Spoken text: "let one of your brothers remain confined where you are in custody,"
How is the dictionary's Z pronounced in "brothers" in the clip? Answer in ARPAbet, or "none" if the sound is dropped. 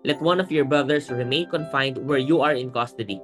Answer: S